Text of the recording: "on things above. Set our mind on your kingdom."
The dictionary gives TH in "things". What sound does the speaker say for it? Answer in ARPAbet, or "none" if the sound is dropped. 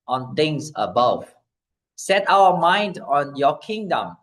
T